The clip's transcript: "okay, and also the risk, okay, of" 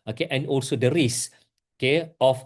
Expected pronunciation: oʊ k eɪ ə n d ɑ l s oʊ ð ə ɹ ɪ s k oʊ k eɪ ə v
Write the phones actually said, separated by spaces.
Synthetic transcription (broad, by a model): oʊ k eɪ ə n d ɑ l s oʊ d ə ɹ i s oʊ k eɪ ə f